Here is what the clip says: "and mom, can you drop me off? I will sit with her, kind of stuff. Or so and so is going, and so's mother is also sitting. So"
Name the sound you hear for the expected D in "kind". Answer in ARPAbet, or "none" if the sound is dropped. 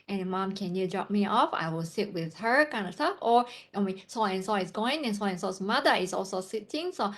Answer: D